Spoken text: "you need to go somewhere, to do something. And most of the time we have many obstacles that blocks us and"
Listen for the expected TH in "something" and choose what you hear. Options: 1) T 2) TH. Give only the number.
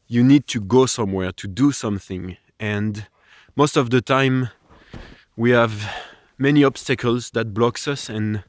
2